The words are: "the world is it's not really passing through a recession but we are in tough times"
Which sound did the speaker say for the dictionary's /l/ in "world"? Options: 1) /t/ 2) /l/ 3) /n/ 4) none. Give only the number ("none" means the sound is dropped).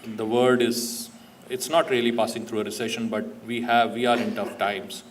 4